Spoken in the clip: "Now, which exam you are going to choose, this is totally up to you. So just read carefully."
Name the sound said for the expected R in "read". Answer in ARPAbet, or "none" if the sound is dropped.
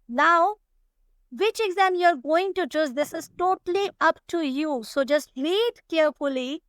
L